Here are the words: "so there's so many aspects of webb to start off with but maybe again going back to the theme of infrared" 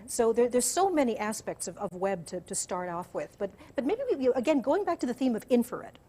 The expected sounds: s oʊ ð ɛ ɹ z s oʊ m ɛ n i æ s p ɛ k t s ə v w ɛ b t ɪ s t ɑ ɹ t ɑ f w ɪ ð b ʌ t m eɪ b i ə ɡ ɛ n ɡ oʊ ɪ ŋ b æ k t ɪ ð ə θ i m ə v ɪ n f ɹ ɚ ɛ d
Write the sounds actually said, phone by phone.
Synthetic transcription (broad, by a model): s oʊ ð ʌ ɹ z s oʊ m ɛ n i æ s p ɛ k t s ə v w ɛ b t ɪ s t ɑ ɹ t ɑ f w ɪ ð b ʌ t m eɪ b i ə ɡ ɛ n ɡ oʊ ɪ ŋ b æ k t ɪ ð ə θ i m ə v ɪ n f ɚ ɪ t